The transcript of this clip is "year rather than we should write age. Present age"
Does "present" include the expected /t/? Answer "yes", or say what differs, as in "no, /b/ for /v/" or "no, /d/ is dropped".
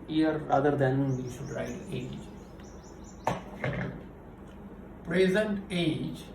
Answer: yes